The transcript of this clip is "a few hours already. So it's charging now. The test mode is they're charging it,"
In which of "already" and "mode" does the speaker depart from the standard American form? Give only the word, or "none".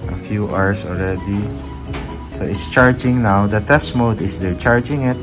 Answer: none